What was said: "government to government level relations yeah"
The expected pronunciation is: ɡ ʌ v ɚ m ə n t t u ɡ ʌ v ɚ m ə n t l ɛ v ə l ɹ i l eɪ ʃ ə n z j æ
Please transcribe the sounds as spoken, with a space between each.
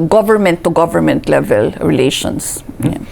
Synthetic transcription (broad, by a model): ɡ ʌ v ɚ m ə n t t u ɡ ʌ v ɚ m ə n t l ɛ v ə l ɹ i l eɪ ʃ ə n s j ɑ